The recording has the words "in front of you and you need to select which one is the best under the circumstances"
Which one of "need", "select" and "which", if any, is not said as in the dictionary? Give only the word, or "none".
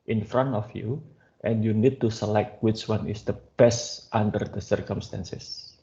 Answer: none